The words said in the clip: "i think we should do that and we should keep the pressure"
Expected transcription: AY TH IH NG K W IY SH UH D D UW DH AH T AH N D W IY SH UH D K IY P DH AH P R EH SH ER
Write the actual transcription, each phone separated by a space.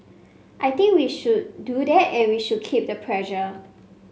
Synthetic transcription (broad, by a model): AY T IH NG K W IY SH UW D D UW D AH T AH N W IY SH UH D K IY P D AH P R EH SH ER